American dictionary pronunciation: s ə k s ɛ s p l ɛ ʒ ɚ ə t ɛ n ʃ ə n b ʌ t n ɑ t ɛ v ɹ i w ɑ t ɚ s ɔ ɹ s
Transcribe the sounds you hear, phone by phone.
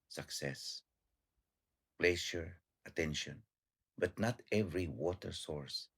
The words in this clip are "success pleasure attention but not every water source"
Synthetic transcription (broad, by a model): s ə k s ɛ s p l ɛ ʃ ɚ ə t ɛ n ʃ ə n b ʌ t n ɑ t ɛ v ɹ i w ɑ t ɚ s ɔ ɹ s